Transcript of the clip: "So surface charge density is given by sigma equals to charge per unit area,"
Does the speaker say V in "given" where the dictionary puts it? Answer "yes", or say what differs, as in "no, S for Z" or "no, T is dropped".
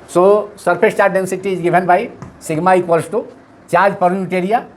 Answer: no, B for V